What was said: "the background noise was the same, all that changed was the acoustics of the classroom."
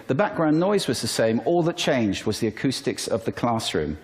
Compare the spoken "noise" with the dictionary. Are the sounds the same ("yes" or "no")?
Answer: yes